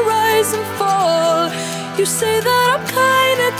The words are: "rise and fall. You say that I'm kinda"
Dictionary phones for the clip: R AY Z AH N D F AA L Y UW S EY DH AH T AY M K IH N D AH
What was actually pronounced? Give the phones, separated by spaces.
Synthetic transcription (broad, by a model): R AY Z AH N F AA L Y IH S EY DH AH T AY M K IH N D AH